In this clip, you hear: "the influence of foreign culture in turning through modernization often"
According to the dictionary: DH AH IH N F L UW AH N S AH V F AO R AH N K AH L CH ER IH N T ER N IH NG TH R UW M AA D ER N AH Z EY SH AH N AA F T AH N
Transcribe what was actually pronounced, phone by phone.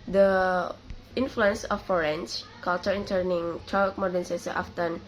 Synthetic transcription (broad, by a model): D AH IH N F L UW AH N S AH F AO R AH N K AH L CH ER IH N T ER N IH NG T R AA M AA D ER N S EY S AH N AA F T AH N